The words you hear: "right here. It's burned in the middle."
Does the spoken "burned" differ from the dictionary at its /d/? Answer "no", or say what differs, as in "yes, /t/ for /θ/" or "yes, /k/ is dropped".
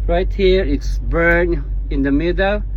yes, /d/ is dropped